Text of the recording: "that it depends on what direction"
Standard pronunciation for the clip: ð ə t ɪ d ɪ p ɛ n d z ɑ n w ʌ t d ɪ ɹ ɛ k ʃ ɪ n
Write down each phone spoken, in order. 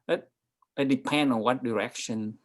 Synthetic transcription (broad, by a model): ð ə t ɪ d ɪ p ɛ n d ɑ n w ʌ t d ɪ ɹ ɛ k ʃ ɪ n